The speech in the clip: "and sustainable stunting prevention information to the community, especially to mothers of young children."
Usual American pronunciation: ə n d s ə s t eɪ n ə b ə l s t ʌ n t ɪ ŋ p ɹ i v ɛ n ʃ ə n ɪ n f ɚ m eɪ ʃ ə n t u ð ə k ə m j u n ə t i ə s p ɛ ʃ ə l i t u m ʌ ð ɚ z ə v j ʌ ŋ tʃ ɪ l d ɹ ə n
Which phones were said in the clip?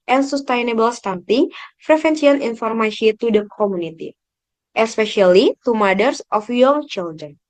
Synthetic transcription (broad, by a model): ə n s ə s t eɪ n ə b ə l s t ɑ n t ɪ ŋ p ɹ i f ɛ n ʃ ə n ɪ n f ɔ m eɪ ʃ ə t u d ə k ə m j u n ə t i ə s p ɛ ʃ ə l i t u m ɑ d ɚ s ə f j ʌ ŋ tʃ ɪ l d ɹ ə n